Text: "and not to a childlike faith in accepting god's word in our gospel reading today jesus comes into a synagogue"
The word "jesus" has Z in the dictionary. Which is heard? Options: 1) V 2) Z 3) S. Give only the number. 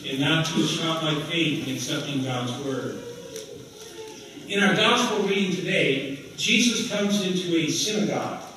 2